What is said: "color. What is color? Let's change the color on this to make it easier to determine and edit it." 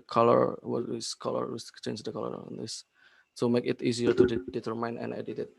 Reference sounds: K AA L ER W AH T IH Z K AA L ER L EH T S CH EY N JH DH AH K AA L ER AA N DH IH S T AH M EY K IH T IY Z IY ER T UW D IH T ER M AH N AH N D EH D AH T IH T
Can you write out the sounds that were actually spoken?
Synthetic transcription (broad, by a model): K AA L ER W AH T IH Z K AA L ER W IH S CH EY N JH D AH K AA L ER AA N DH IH S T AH M EY K IH T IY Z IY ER T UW D IH T ER M AH N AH N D EH D AH T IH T